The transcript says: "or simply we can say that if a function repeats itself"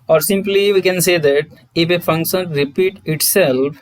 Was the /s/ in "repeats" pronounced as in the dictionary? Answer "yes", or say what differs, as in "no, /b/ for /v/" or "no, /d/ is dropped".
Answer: no, /s/ is dropped